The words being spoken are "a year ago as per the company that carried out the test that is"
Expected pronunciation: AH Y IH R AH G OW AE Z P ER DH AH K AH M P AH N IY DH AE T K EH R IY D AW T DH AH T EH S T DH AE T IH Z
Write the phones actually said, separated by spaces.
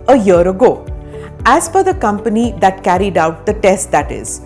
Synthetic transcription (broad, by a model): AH Y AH R AH G OW AE Z F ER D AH K AH M P AH N IY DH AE T K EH R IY D AW T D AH T EH S T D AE T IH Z